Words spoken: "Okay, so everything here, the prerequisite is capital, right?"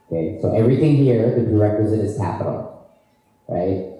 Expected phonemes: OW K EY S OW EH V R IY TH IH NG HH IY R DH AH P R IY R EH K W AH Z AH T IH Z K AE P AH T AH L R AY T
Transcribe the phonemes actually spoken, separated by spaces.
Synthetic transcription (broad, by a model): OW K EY S OW EH V R IY TH IH NG HH IY R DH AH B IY R EH K W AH Z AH T IH Z K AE P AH T L R AY T